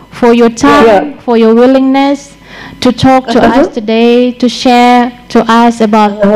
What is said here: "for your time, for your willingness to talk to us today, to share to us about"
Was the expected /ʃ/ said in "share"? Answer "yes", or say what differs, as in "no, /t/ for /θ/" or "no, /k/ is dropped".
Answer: yes